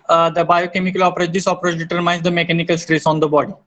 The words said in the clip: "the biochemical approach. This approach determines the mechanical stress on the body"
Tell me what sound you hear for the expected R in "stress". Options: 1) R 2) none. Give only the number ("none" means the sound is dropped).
1